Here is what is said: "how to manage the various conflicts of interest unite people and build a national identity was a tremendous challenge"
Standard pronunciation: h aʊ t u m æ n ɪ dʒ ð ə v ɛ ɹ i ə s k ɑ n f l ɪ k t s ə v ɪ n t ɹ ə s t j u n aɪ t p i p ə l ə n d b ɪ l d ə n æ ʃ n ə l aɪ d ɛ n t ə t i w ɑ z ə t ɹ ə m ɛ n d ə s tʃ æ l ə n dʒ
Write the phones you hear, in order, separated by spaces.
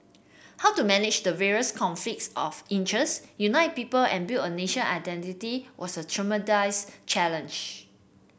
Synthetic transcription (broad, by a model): h aʊ t u m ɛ n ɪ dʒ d ə v ɛ ɹ i ə s k ɑ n f l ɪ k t s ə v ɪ n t ɹ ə s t j u n aɪ t p i p ə l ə n b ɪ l ə n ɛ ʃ ə n aɪ d ɛ n t ə t i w ɑ s ə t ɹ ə m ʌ d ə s tʃ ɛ l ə n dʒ